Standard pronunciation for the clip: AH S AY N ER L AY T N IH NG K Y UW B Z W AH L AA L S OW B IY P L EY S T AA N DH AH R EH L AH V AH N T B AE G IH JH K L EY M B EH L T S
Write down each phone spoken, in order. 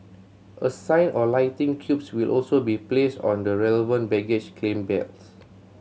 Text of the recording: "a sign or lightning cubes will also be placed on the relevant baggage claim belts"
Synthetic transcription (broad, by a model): AH S AY N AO L AY T IH NG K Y UW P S W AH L AA L S OW B IY P L EY S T AA N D AH R EH L AH V AH N T B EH G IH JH K L EY M B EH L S